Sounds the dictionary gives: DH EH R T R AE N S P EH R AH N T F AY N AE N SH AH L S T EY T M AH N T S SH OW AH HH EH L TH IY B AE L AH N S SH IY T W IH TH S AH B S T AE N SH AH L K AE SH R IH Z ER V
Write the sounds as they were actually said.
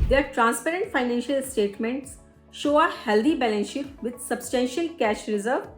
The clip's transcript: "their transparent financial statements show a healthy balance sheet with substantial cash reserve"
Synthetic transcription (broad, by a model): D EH R T R AE N S P EH R AH N T F AY N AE N SH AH L S T EY T M AH N T S SH OW AH HH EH L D IY B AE L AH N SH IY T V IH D S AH B S T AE N SH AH L K AE SH R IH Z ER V